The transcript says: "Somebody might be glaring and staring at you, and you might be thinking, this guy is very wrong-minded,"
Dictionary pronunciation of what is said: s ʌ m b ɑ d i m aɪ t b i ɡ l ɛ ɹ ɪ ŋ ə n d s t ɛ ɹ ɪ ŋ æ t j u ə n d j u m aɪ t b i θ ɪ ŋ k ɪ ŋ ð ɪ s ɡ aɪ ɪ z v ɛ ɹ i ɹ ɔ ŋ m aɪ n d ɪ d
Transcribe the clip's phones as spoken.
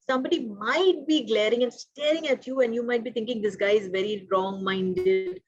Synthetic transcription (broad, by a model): s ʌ m b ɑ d i m aɪ t b i ɡ l ɛ ɹ ɪ ŋ ə n d s t ɛ ɹ ɪ ŋ æ t j u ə n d j u m aɪ t b i t ɪ ŋ k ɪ ŋ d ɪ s ɡ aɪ ɪ z v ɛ ɹ i ɹ ɔ ŋ m aɪ n d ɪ d